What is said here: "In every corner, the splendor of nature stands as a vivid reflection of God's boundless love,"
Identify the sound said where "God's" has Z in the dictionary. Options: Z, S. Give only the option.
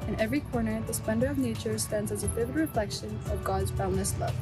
Z